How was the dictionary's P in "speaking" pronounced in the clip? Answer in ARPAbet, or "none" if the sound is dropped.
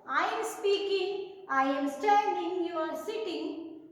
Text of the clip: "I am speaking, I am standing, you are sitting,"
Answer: P